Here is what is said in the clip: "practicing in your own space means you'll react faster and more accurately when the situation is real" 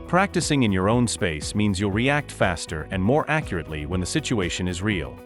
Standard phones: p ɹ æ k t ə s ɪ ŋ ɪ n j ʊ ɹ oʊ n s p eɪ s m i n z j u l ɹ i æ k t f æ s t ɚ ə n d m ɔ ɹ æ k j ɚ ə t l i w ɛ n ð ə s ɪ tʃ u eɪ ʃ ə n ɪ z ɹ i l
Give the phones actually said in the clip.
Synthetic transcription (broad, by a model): p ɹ æ k t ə s ɪ ŋ ɪ n j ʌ ɹ oʊ n s p eɪ s m i n z j u l ɹ i æ k t f æ s t ɚ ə n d m ɔ ɹ æ k j ɚ ə t l i w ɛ n ð ə s ɪ tʃ u eɪ ʃ ə n ɪ z ɹ i l